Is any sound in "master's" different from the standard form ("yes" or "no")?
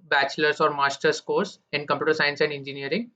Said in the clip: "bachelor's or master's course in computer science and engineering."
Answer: yes